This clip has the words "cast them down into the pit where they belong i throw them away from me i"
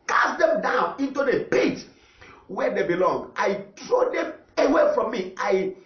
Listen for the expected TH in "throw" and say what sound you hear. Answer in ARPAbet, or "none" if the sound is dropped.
T